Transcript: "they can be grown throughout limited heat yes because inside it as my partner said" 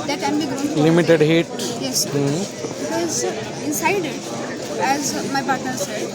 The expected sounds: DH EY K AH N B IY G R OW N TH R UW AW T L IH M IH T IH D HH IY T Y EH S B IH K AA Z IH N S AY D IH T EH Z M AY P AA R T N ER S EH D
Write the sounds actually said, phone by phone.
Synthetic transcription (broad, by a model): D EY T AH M B IY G OW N L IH M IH T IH D HH IY T Y EH S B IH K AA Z IH N S AY D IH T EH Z M AY P AA R T N ER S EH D